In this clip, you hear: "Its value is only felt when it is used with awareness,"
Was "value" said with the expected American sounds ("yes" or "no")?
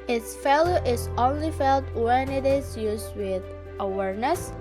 no